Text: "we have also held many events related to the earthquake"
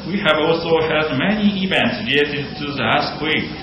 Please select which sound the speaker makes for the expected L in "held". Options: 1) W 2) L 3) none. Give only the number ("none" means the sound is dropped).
3